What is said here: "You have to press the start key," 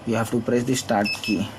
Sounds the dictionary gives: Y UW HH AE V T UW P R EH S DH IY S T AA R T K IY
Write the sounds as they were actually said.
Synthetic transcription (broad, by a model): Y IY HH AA F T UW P R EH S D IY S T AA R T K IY